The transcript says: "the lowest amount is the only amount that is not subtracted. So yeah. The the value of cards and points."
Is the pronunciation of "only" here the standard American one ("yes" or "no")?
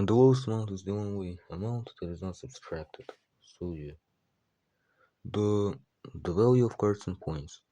no